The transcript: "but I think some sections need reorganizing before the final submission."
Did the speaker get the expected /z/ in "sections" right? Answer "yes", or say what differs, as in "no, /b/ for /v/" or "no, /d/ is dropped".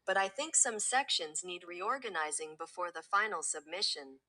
yes